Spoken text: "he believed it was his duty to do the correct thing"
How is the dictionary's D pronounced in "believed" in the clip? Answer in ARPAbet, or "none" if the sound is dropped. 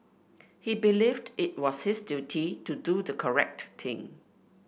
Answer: D